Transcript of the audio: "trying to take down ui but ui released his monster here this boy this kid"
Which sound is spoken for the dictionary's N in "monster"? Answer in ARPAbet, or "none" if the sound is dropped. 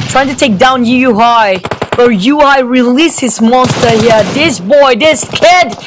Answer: N